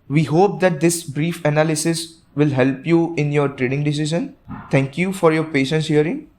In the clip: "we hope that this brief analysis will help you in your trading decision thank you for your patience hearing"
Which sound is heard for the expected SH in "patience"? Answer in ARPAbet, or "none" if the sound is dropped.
SH